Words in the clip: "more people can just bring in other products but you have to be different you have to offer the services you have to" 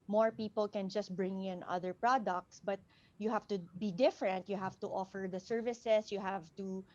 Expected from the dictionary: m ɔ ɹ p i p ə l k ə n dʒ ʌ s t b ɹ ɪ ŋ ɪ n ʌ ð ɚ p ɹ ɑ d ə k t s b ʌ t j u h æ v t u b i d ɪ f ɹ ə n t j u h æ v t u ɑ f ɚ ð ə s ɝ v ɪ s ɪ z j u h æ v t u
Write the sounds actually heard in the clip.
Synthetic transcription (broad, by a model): m ɔ ɹ p i p ə l k ə n dʒ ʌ s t b ɹ ɪ ŋ ɪ n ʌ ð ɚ p ɹ ɑ d ə k t s b ʌ t j u h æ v t u b i d ɪ f ɹ ə n t j u h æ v t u ɑ f ɚ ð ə s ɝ v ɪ s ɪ s j u h æ v t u